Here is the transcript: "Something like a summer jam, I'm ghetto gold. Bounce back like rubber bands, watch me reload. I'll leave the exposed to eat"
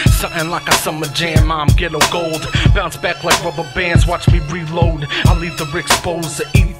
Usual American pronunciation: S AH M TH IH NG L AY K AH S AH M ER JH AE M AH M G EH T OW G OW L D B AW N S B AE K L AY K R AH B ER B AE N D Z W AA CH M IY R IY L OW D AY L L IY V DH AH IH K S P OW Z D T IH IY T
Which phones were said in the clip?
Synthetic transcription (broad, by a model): S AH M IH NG L AY K AH S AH M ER JH AE M AH M G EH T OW G OW L D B AW N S B AE K L AY K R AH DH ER B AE N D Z W AA CH M IY R IY L OW D AY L L IY V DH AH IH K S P OW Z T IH IY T